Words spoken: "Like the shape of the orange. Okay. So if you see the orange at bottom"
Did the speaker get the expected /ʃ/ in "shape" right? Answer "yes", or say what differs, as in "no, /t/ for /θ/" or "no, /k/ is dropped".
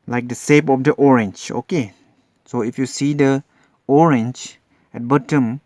no, /s/ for /ʃ/